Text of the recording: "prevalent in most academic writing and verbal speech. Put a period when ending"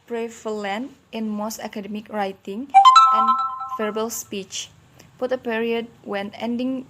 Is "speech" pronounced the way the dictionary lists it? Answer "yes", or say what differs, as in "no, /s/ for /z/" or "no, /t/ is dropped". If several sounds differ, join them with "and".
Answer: yes